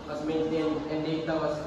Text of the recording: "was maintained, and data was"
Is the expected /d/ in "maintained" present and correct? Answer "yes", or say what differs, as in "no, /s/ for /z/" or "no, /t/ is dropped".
no, /d/ is dropped